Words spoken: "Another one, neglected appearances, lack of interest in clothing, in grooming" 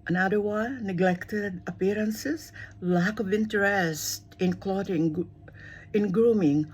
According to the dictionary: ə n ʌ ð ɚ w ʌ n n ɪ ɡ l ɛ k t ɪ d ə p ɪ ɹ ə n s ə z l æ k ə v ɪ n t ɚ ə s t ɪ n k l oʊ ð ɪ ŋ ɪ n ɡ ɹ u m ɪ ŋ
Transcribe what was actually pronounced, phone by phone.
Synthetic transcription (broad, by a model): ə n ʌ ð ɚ w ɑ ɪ n ɪ ɡ l ɛ k t ɪ d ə p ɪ ɹ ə n s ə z l æ k ə v ɪ n t ɚ ə s t ɪ n k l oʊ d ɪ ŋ ɪ n ɡ ɹ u m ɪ ŋ